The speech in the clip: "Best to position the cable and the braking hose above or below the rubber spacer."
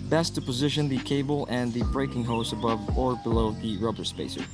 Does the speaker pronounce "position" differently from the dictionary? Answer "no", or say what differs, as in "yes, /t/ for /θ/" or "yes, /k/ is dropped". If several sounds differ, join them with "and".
no